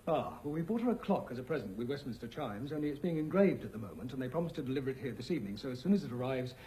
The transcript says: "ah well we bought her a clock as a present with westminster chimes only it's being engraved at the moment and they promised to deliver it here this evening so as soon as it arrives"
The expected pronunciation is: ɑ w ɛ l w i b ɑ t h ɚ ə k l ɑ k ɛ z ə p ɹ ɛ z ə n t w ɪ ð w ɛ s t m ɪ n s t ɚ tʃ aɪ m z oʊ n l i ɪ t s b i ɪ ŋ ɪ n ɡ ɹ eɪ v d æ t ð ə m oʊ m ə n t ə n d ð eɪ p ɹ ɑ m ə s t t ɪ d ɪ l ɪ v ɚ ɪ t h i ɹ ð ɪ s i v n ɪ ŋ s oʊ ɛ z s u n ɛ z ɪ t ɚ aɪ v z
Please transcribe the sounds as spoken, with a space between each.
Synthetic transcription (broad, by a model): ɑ w ɛ l w i b ɑ t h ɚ ə k l ɑ k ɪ z ə p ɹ ɛ z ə n t w ɪ ð w ɛ s t m ɪ n s t ɚ tʃ aɪ m z oʊ n l i ɪ t s b i ɪ ŋ ɪ n ɡ ɹ eɪ v d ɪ t ð ə m oʊ m ə n t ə n ð eɪ p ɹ ɑ m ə s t t ɪ d ɪ l ɪ v ɚ ɪ t h i ɹ ð ɪ s i v n ɪ ŋ s oʊ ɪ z s u n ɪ z ɪ t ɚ aɪ v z